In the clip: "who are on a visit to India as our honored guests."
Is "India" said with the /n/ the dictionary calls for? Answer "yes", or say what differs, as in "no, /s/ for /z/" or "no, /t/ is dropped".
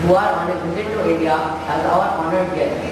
no, /n/ is dropped